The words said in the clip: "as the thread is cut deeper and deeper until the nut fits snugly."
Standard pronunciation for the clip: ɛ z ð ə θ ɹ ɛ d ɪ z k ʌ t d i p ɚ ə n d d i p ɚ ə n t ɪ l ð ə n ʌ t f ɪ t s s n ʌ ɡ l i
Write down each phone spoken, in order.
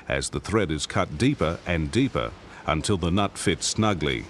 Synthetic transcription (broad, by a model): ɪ z ð ə θ ɹ ɛ d ɪ z k ʌ t d i p ɚ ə n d d i p ɚ ə n t ɪ l ð ə n ʌ t f ɪ t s s n ʌ ɡ l i